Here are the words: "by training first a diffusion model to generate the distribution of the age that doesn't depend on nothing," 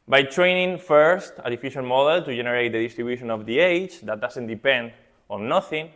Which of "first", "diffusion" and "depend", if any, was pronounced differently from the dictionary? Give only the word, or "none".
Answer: diffusion